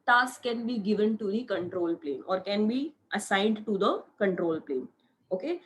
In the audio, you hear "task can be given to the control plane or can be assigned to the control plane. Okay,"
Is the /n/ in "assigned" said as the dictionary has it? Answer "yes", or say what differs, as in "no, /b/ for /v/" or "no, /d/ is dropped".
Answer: yes